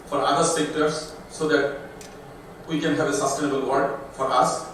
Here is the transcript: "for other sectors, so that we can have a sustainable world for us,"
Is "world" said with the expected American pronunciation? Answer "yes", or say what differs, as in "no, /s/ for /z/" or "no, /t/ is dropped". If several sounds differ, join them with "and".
no, /l/ is dropped